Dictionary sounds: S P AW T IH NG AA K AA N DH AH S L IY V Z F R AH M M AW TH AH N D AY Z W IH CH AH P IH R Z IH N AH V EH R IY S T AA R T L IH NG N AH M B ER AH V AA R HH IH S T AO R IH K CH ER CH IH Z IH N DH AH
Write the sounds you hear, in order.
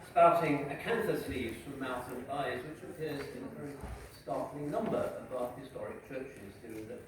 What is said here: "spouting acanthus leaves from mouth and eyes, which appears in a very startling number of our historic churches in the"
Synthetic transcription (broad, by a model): S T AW T IH NG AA K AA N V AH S L IY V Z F R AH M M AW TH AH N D AY Z W IH CH AH P IH R Z IH N AH V EH R IY S T AA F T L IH NG N AH M B ER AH B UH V HH IH S T AO R IH K CH ER CH IH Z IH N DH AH